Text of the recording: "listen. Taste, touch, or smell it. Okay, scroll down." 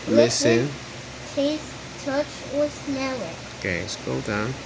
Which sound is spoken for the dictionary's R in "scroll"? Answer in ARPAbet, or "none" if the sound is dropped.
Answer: none